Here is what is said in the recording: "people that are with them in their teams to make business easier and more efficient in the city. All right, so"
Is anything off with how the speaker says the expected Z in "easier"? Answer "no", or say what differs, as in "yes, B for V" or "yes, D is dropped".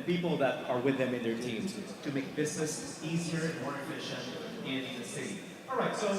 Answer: no